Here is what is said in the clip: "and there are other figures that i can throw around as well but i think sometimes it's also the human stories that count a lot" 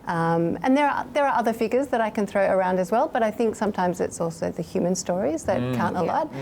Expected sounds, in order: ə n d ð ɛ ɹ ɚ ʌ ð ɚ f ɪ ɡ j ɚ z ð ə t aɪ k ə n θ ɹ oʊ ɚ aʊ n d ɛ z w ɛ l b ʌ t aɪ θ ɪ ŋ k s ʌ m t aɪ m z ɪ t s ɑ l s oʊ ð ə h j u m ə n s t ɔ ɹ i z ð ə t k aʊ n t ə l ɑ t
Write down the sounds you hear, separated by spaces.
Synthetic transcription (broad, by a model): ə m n ð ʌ ɹ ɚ ʌ ð ɚ f ɪ ɡ j ɚ z ð ə t aɪ k ə n θ ɹ oʊ ɚ aʊ n d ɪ z w ɛ l b ʌ t aɪ θ ɪ ŋ k s ʌ m t aɪ m z ɪ t s ɑ l s oʊ ð ə h j u m ə n s t ɔ ɹ i z ð ə t k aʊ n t ə l ɑ t